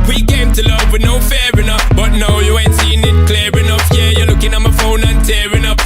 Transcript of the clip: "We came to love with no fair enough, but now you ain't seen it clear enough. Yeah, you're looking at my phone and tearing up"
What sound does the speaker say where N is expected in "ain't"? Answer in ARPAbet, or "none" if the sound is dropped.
N